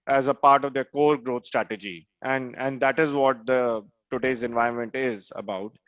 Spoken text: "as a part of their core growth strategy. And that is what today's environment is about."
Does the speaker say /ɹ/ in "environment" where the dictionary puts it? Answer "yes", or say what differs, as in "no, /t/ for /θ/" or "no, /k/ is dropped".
no, /ɹ/ is dropped